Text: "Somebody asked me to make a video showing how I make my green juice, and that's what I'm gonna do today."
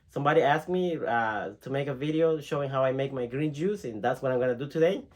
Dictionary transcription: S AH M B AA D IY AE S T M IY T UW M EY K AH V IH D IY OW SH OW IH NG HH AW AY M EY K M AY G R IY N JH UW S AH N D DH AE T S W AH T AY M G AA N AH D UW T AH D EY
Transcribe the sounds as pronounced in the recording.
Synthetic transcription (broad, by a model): S AH M B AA D IY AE S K M IY T UW M EY K AH V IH D IY OW SH OW IH NG HH AW AY M EY K M AY G R IY N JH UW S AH N DH AE T S W AH T AY M G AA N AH D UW T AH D EY